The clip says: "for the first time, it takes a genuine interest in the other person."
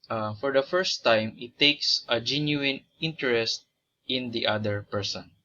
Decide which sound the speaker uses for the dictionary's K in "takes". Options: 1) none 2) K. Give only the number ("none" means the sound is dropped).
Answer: 2